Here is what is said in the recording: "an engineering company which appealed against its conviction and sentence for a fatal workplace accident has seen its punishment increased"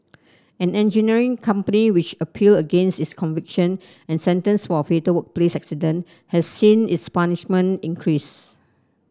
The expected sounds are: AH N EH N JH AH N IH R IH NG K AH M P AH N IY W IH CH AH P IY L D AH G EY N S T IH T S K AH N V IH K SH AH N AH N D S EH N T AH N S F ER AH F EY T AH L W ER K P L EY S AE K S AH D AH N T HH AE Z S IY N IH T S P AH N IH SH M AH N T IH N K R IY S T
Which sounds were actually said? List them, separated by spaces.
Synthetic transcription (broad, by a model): AH N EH N JH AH N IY R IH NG K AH M P AH N IY W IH CH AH P IY L AH G EY N S T IH T S K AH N V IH K SH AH N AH N S EH N T AH N S F AH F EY T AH W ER K P L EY S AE K S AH D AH N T HH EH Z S IY N IH T S P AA N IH SH M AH N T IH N K R IY S